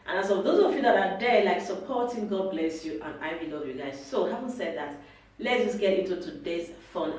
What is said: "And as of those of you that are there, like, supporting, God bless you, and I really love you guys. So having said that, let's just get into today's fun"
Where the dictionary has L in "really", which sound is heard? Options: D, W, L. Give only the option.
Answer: W